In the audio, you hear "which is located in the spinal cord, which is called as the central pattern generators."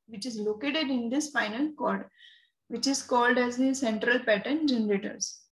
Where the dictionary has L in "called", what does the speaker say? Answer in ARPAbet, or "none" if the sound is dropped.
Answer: L